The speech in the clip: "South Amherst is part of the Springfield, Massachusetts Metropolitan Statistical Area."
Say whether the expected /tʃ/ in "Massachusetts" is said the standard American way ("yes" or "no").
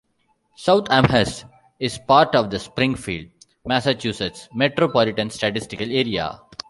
yes